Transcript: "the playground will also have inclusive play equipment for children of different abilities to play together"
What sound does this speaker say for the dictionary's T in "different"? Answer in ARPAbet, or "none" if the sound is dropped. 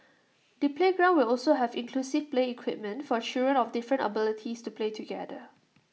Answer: T